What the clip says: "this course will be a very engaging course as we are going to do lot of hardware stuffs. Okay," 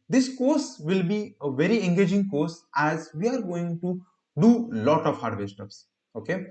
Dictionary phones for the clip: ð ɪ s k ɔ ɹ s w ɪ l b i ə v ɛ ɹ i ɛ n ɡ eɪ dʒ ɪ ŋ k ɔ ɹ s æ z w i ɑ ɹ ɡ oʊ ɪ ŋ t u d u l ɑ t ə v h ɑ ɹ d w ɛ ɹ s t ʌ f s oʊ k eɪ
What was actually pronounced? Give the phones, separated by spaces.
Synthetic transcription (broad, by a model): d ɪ s k ɔ ɹ s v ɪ l b i ə v ɛ ɹ i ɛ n ɡ eɪ dʒ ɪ ŋ k ɔ ɹ s æ z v i ɑ ɹ ɡ oʊ ɪ ŋ t u d u l ɑ t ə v h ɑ ɹ d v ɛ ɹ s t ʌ p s oʊ k eɪ